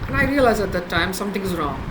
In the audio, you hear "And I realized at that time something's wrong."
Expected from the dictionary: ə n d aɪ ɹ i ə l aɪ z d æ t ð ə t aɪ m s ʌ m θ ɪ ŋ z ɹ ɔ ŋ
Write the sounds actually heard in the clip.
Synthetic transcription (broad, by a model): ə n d aɪ ɹ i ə l aɪ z æ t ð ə t aɪ m s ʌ m t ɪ ŋ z ɹ ɔ ŋ